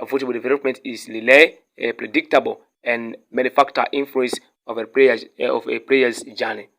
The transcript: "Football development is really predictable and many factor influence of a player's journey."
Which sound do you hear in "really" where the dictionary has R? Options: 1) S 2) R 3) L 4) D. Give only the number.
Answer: 3